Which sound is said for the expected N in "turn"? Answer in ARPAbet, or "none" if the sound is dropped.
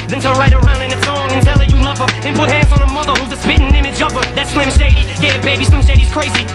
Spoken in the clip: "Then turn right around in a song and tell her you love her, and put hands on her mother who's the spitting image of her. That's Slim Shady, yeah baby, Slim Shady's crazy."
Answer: L